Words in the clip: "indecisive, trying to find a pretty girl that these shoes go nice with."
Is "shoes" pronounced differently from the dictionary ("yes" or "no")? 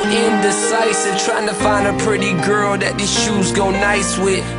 no